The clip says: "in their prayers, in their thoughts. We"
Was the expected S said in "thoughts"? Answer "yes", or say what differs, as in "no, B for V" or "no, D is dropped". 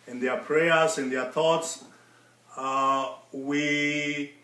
yes